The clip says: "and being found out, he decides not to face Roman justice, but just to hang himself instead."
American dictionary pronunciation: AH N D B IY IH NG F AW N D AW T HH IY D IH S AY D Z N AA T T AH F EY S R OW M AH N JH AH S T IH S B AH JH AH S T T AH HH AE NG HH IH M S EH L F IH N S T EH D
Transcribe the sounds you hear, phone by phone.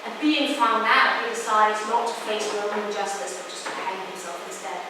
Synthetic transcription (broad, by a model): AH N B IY IH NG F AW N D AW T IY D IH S AY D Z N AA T T AH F EY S W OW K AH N JH AH S T IH S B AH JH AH S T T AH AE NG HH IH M S EH L F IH N S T EH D